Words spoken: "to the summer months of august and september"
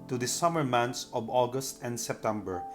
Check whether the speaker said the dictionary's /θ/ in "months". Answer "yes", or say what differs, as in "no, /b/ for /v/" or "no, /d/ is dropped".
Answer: no, /t/ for /θ/